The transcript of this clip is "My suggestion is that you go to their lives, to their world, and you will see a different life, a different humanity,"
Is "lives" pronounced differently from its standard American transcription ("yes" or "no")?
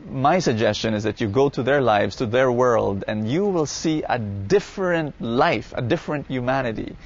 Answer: no